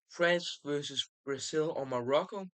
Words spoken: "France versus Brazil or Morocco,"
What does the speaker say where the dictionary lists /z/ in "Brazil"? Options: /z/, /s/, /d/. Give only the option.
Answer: /s/